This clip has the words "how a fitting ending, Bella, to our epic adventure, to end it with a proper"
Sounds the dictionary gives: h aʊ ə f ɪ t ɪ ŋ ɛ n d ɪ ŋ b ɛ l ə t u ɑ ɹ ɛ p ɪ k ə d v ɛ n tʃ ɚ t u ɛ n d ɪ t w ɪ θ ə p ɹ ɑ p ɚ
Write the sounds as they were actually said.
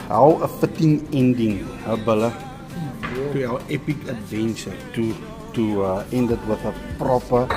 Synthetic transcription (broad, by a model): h aʊ ə f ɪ t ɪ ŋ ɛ n d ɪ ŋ b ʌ l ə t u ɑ w ɛ p ɪ k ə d v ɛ n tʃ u t u ɛ n d ɪ t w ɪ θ ə p ɹ ɑ p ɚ